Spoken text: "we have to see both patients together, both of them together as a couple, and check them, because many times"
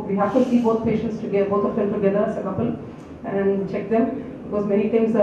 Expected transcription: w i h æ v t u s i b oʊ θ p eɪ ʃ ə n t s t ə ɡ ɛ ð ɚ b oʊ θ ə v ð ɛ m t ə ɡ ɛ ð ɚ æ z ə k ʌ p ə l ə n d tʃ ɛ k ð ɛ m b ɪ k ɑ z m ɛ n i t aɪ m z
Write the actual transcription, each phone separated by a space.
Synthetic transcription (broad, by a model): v i h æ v t u s i b oʊ t p eɪ ʃ ə n t s t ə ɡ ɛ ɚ b oʊ t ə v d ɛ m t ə ɡ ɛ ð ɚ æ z ə k ʌ p ə l ə n d tʃ ɛ k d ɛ m b ɪ k ɑ z m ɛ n i t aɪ m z